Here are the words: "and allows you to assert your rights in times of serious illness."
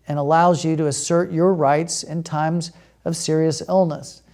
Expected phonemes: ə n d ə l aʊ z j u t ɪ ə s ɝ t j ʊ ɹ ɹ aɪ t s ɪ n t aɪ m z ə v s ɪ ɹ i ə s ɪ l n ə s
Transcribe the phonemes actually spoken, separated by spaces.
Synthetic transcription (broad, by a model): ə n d ə l aʊ z j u t ɪ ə s ɝ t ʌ ɹ ɹ aɪ t s ɪ n t aɪ m z ə v s ɪ ɹ i ə s ɪ l n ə s